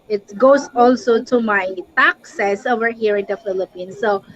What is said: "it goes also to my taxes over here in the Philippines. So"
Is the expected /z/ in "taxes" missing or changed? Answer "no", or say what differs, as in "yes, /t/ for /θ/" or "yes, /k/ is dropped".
yes, /s/ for /z/